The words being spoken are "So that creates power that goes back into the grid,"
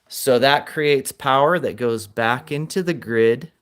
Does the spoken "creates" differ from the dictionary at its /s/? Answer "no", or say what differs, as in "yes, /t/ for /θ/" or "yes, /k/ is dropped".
no